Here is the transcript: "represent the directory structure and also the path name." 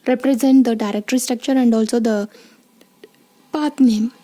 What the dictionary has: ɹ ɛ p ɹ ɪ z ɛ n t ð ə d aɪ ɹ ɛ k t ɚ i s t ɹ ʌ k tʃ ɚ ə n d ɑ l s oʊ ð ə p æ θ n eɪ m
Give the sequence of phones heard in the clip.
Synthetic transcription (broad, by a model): ɹ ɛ p ɹ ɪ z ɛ n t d ə d aɪ ɹ ɛ k t ɚ i s t ɹ ʌ k tʃ ɚ ə n d ɑ l s oʊ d ə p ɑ t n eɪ m